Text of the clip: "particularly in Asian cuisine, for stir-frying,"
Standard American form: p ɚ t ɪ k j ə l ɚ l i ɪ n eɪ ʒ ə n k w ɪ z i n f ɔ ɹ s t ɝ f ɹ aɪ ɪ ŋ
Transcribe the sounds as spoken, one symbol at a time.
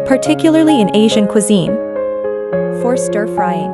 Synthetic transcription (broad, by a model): p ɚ t ɪ k j l ɚ l i ɪ n eɪ ʒ ə n k w ɪ z i n f ɔ ɹ s t ɝ f ɹ aɪ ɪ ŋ